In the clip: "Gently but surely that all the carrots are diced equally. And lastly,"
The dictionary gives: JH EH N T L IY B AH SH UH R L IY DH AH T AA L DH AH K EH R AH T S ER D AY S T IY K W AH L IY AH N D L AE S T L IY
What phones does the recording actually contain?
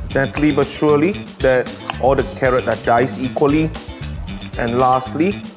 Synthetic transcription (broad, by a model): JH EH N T L IY B AH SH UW L IY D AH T AA L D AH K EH R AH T AA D AY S IY K W AH L IY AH N L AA S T L IY